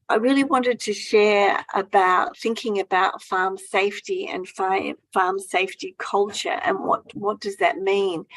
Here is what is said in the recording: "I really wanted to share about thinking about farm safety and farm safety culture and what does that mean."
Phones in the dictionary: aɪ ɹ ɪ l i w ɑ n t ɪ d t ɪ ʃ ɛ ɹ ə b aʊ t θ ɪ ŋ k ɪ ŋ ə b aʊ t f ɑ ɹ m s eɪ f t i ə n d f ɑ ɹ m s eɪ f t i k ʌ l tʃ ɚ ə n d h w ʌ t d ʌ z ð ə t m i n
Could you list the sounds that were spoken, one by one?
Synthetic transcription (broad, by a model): aɪ ɹ ɪ l i w ɑ n t ɪ d t ɪ ʃ ɛ ɹ ə b aʊ t θ ɪ ŋ k ɪ ŋ ə b aʊ t f ɑ ɹ m s eɪ f t i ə n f f ɑ ɹ m s eɪ f t i k ʌ l tʃ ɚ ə n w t w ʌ t d ʌ z ð ə t m i n